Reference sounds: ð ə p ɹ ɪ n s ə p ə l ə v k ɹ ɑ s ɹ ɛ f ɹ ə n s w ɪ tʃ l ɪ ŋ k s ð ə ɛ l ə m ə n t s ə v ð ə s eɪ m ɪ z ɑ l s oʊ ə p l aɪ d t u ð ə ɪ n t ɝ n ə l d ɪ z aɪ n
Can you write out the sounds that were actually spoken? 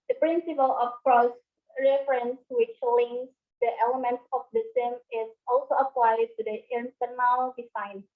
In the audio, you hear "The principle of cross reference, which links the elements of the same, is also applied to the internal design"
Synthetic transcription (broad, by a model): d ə p ɹ ɪ n s ə p ə l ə f k ɹ ɑ s ɹ ɛ f ɹ ə n s w ɪ tʃ l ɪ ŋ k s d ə ɛ l ə m ə n t s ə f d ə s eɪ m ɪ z ɑ l s oʊ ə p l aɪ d t u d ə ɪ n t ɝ n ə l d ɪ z aɪ n